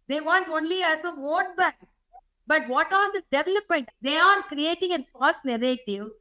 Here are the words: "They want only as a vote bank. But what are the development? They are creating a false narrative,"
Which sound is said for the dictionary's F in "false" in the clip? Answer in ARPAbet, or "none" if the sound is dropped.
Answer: P